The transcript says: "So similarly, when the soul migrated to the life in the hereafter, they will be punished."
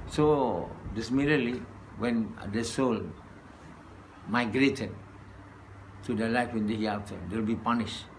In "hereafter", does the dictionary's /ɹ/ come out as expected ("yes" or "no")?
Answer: no